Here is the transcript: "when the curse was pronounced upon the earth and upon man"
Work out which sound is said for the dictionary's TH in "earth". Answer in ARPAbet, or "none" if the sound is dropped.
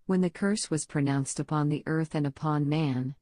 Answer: TH